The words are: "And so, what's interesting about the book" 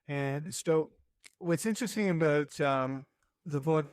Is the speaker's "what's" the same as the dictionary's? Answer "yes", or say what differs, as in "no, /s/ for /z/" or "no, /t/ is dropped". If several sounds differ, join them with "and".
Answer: yes